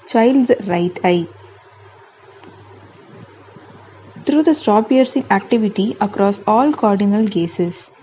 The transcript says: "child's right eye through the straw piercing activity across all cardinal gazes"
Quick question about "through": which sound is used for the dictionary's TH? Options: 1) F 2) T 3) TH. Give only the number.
2